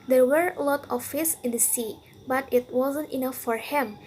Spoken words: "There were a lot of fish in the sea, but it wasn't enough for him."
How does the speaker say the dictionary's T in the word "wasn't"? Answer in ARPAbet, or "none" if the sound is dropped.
T